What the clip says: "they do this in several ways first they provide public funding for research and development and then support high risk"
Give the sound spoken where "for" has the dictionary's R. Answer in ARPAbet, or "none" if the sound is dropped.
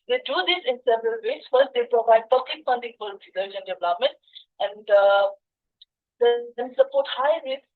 L